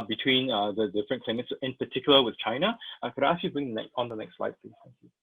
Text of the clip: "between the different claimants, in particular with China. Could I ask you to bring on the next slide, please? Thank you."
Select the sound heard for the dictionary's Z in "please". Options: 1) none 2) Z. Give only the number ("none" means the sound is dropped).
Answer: 1